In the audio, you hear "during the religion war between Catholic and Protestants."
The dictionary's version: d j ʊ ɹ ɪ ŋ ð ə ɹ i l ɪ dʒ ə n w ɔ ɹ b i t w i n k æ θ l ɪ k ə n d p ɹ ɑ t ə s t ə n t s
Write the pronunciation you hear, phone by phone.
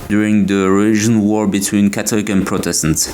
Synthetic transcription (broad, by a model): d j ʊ ɹ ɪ ŋ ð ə ɹ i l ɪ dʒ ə n w ɔ ɹ b i t w i n k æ t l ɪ k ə n p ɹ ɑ t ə s t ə n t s